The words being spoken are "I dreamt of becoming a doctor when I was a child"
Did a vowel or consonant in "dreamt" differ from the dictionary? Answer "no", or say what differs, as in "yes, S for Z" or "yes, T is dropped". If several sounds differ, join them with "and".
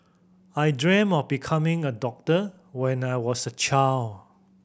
yes, T is dropped